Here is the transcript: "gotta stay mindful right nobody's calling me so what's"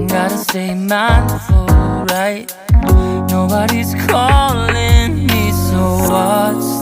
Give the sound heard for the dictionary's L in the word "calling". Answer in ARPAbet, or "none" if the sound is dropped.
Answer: L